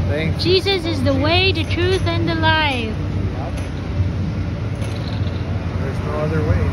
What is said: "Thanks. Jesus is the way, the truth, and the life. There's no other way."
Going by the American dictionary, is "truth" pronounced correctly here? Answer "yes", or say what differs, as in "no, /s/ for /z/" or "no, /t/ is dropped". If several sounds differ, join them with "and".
yes